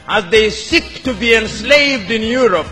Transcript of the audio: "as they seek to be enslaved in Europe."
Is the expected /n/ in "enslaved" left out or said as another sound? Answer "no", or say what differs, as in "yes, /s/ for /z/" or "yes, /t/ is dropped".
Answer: no